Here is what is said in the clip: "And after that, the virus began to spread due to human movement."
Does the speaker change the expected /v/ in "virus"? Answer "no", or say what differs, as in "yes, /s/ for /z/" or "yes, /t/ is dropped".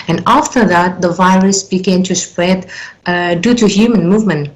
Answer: no